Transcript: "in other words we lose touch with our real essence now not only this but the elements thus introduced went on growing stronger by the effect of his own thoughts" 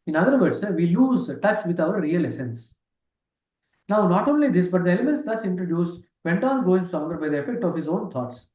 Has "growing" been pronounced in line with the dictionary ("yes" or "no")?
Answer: no